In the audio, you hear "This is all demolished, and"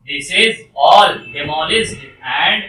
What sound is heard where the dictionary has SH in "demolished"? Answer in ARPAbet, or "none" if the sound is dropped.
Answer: S